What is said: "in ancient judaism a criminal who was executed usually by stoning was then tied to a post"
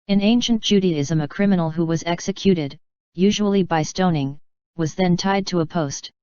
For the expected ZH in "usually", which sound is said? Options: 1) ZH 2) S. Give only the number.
1